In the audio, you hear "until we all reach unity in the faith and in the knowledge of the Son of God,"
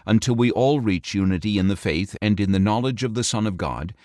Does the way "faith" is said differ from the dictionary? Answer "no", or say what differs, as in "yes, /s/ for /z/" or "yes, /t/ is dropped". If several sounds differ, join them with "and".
no